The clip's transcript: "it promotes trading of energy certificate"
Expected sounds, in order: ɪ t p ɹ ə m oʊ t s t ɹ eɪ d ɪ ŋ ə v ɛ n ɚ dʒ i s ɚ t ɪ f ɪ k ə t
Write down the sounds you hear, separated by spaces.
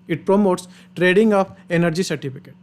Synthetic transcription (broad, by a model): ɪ t p ɹ ə m oʊ t s t ɹ eɪ d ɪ ŋ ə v ɛ n ɚ dʒ i s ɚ t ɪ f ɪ k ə t